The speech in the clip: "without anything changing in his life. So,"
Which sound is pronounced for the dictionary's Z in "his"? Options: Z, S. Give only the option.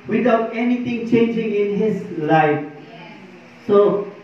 S